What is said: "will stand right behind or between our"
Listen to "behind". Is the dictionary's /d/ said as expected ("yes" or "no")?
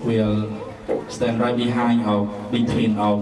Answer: no